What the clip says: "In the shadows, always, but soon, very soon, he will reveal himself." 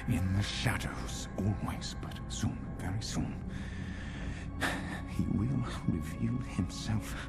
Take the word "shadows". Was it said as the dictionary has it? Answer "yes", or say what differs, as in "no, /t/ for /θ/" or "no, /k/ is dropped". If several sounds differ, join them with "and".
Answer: yes